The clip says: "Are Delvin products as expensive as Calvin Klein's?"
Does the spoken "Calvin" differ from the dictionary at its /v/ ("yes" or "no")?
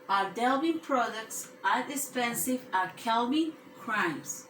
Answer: yes